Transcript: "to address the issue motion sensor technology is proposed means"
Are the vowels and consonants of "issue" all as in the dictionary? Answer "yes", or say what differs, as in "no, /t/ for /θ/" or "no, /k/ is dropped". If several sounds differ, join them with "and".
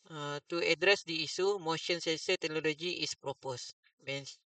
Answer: no, /s/ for /ʃ/